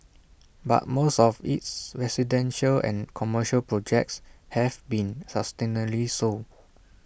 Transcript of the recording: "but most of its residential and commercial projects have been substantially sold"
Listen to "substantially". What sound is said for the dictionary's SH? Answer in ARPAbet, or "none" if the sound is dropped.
none